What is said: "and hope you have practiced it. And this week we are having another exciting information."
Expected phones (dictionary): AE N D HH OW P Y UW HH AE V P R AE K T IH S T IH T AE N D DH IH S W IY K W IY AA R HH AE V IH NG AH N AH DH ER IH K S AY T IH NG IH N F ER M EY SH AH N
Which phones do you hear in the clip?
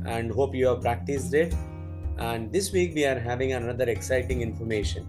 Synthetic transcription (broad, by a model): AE N D HH OW P Y UW HH AE V P R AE K T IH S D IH T AE N D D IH S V IY K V IY AA R HH AE V IH NG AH N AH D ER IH K S AY T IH NG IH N F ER M EY SH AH N